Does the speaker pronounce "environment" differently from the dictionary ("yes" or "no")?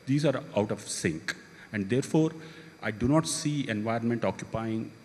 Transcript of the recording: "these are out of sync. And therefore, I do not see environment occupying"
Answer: no